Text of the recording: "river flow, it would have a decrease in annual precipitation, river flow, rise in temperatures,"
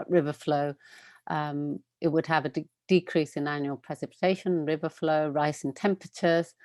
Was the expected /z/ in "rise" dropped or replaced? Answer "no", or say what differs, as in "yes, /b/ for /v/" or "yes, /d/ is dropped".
yes, /s/ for /z/